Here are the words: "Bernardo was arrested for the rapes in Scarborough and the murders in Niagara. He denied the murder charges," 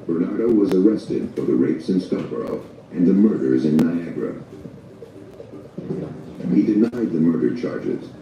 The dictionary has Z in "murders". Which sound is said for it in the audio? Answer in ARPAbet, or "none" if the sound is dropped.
Z